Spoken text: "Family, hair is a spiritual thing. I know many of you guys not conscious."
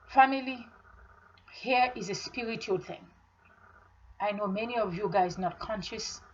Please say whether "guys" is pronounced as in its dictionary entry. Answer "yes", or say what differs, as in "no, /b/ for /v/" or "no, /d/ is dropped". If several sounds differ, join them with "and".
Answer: yes